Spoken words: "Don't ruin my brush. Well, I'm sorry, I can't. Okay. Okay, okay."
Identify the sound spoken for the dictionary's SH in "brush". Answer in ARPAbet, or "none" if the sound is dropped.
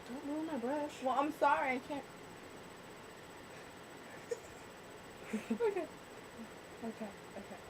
S